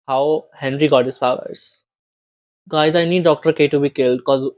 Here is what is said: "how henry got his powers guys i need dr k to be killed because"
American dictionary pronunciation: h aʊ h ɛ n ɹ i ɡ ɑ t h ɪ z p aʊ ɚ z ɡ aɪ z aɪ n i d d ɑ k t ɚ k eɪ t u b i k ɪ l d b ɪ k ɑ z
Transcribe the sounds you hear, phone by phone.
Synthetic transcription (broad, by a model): h aʊ h ɛ n ɹ i ɡ ɑ t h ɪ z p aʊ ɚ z ɡ aɪ z aɪ n i d d ɑ k t ɚ k eɪ t u b i k ɪ l d k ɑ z